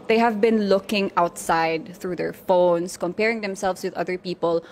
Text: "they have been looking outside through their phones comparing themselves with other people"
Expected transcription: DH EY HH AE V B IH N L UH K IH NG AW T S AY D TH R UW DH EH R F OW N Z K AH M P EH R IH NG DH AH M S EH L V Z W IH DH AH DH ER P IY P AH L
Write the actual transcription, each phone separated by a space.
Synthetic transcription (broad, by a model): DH EY HH AE V B IH N L UH K IH NG AW T S AY D TH R UW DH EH R F OW N S K AH M P EH R IH NG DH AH M S EH L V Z W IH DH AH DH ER P IY P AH L